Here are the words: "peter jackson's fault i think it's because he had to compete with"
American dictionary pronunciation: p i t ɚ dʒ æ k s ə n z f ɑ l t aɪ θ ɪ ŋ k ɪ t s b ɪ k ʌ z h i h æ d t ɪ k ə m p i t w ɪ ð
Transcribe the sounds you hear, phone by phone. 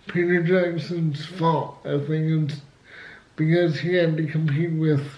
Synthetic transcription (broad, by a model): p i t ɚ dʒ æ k s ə n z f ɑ t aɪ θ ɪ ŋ ɪ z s b ɪ k ʌ z h i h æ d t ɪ k ə m p i t w ɪ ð